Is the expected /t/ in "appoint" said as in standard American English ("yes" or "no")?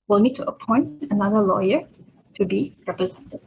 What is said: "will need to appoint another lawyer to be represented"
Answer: yes